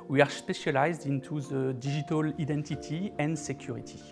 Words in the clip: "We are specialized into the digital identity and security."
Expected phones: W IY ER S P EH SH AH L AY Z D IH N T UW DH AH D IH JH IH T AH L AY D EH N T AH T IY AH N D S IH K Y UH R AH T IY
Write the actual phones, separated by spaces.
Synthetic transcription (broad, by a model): W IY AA S P EH SH AH L AY Z D IH N T UW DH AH D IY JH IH T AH L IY D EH N T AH T IY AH N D S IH K Y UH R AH T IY